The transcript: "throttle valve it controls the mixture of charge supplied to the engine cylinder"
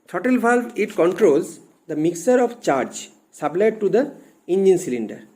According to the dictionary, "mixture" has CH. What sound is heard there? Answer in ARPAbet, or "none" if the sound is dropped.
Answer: none